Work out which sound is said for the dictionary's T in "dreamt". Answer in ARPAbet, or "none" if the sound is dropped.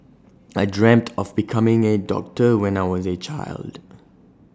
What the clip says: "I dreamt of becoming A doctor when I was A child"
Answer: T